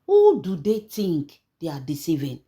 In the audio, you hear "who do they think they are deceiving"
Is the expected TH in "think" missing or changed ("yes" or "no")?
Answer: yes